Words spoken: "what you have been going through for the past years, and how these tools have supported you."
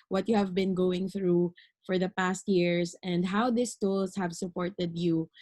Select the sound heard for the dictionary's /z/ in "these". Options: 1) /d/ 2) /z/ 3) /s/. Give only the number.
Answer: 3